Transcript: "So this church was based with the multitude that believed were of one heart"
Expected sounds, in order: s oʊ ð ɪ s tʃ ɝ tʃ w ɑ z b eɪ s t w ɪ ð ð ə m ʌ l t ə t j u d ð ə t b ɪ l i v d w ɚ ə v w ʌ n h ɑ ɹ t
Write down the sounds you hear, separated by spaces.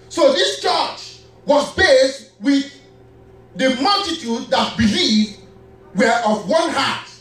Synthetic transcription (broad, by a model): s oʊ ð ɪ s tʃ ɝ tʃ w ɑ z b eɪ s t w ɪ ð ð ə m ʌ l t ə t j u d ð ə t b ɪ l i v d w ɚ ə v w ʌ n h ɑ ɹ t